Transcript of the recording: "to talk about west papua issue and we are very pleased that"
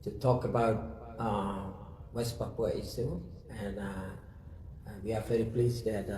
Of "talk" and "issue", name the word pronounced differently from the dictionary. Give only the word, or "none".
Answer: issue